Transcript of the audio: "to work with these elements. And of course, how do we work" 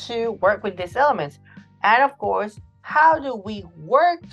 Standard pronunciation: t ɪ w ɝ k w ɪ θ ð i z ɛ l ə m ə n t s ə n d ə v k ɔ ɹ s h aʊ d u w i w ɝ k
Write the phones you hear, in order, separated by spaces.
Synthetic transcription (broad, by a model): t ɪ w ɝ k w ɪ ð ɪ s ɛ l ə m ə n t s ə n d ə v k ɔ ɹ s h aʊ d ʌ w i w ɝ k